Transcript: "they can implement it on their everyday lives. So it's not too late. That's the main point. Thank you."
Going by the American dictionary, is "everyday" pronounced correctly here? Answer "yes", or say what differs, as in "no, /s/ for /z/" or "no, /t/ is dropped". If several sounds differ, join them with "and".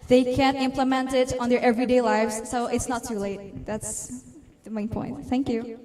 yes